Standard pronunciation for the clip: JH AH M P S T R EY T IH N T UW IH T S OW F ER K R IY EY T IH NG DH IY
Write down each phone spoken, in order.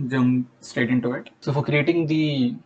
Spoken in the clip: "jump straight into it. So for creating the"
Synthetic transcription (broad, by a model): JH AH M S T EY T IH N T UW IH T S OW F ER K R IY EY T IH NG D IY